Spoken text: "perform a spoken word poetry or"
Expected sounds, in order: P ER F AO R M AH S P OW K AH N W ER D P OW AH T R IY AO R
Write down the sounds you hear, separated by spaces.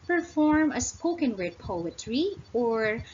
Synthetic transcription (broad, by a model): P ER F AO R M AH S P OW K AH N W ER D P OW AH T R IY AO R